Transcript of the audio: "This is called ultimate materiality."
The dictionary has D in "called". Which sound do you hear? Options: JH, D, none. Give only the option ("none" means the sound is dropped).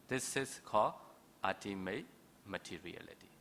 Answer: none